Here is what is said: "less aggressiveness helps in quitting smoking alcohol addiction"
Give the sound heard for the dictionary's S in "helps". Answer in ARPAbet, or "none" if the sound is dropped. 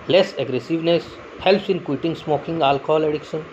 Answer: S